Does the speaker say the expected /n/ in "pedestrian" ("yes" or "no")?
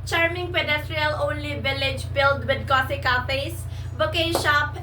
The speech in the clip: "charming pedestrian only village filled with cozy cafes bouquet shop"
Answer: no